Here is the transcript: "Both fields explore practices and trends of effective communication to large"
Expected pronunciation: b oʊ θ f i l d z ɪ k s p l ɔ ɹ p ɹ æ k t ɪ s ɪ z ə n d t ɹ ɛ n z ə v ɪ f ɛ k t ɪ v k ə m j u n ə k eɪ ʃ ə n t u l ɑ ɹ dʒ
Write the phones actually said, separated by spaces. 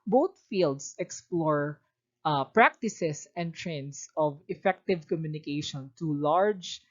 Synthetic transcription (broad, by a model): b oʊ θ f i l d s ɪ k s p l ɔ ɹ p ɹ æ k t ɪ s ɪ s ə n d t ɹ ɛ n s ə v ɪ f ɛ k t ɪ v k ə m j u n ə k eɪ ʃ ə n t u l ɑ ɹ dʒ